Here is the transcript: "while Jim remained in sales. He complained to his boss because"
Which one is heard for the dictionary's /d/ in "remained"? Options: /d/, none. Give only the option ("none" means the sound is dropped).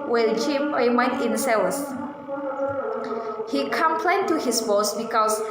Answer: none